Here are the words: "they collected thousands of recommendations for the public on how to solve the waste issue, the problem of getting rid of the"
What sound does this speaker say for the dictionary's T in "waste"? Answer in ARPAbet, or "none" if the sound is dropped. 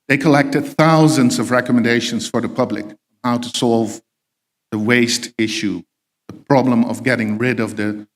T